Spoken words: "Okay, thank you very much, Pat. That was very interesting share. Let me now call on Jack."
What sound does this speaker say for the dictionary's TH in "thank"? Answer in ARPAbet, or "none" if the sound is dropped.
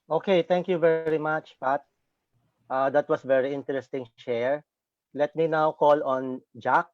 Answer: T